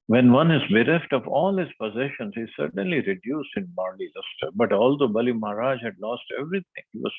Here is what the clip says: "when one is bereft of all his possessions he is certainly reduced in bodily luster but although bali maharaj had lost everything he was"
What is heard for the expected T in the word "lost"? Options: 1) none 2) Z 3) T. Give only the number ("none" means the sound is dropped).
3